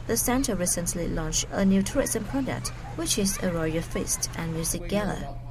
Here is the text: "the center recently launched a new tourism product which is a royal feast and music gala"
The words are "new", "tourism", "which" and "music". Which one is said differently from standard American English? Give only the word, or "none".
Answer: tourism